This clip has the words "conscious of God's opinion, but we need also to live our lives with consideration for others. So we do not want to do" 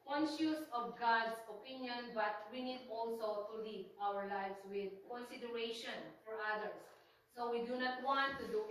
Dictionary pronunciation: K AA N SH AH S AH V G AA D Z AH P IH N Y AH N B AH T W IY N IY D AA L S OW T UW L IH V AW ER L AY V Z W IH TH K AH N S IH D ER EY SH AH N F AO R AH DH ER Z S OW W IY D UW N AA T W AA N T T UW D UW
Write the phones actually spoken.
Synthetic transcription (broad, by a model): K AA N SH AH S AH V G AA D S AH P IH N Y AH N B AH T W IY N IY D AA L S OW T UW L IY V AW ER L AY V S W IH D K AH N S IH D ER EY SH AH N F AO R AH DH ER S OW W IY D UW N AA T W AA N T T UW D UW